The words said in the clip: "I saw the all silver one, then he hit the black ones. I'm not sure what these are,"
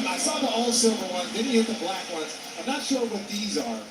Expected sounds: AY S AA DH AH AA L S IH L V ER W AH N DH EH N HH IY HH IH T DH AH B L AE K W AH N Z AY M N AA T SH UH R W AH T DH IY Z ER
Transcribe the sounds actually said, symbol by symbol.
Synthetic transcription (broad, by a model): AY S AA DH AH AA L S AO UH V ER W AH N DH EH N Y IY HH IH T DH AH B L AE K W AH N Z AY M N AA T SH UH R W AH T DH IY Z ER